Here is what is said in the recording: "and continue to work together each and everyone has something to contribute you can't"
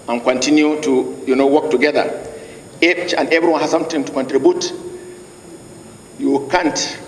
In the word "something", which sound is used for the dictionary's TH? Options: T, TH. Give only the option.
T